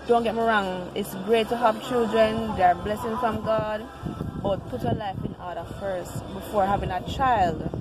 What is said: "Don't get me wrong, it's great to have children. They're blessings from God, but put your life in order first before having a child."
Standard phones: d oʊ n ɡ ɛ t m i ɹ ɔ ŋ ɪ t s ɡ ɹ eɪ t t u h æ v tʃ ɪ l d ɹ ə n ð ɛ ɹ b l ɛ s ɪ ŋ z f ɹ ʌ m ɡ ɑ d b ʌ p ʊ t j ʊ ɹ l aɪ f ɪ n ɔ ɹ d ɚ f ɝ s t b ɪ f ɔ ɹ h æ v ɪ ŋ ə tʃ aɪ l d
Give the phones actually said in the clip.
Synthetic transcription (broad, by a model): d oʊ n ɡ ɛ t m i ɹ ɔ ŋ ɪ t s ɡ ɹ eɪ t t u h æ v tʃ ɪ l d ɹ ə n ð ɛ ɹ b l ɛ s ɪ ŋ f ɹ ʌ m ɡ ɑ d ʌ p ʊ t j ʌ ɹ l aɪ f ɪ n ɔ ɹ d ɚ f ɝ s t b ɪ f ɔ ɹ h æ v ɪ ŋ ə tʃ aɪ l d